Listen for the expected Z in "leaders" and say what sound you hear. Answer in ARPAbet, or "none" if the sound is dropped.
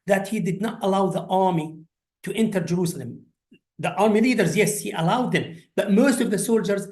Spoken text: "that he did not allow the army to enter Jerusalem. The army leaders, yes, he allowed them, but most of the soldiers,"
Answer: Z